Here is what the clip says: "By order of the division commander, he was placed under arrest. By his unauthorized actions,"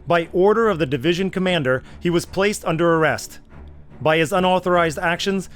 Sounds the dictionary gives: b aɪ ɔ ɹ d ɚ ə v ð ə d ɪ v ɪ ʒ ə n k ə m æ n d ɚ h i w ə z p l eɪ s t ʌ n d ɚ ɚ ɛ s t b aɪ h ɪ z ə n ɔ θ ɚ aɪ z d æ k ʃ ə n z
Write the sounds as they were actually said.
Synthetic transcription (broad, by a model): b aɪ ɔ ɹ d ɚ ə v ð ə d ɪ v ɪ ʒ ə n k ə m æ n d ɚ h i w ə z p l eɪ s t ʌ n d ɚ ɚ ɛ s t b aɪ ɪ z ə n ɔ θ ɚ aɪ z d æ k ʃ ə n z